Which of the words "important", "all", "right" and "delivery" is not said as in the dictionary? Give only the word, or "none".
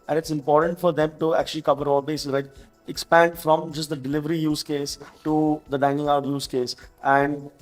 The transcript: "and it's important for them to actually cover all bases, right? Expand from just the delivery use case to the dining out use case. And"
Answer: right